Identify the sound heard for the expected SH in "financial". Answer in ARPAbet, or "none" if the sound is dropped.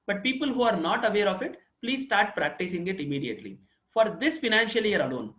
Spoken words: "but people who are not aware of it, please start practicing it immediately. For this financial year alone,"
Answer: SH